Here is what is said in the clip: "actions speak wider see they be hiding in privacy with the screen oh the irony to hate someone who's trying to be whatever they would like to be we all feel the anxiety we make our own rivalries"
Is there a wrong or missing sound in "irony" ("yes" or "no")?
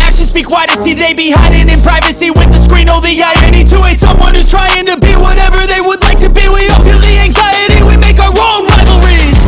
yes